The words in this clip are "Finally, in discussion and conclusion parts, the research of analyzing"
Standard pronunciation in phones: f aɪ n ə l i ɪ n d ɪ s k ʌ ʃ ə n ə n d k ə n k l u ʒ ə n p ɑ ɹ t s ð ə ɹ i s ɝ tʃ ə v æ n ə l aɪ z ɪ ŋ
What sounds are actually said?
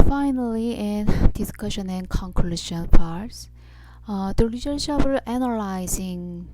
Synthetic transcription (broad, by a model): f aɪ n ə l i ɪ n d ɪ s k ʌ ʃ ə n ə n k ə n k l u ʃ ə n p ɑ ɹ t s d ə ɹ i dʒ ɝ ʃ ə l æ n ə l aɪ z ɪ ŋ